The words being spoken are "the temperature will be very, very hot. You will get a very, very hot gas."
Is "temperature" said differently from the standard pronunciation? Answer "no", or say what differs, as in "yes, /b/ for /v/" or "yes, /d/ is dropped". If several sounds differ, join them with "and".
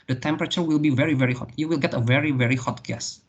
no